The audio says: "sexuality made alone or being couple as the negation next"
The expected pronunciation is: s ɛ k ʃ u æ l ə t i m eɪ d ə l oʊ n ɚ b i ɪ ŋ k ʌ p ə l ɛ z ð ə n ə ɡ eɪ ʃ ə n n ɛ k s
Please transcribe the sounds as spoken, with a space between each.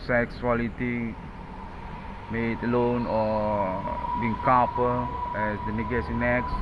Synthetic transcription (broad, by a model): s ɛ k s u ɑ l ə t i m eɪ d ə l oʊ n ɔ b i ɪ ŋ k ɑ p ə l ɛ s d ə n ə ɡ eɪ s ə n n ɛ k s